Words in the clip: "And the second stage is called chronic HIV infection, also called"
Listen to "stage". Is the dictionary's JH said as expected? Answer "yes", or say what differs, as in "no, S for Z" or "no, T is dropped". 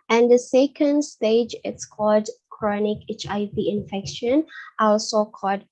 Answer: yes